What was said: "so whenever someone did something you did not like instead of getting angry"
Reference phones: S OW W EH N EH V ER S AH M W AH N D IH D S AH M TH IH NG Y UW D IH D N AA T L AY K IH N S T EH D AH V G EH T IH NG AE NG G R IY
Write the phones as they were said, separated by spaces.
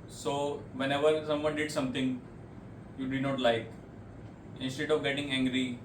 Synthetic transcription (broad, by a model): S OW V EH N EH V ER S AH M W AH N D IH D S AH M T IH NG Y UW D IH D N AA T L AY K IH N S T EH D AH V G EH T IH NG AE NG G R IY